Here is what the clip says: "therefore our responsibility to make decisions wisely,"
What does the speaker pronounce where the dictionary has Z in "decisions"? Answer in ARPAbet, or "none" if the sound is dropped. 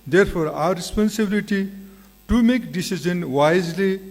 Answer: none